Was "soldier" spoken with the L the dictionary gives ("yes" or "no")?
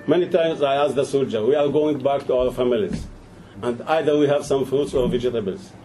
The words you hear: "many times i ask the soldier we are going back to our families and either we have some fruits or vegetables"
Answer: yes